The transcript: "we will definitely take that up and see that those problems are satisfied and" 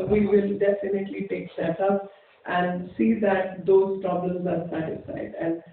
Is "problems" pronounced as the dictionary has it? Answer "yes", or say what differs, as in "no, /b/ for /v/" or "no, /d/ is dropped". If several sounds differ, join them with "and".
yes